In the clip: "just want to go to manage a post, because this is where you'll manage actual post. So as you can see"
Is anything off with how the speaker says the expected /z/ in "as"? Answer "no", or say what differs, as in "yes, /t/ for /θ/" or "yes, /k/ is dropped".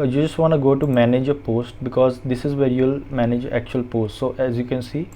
no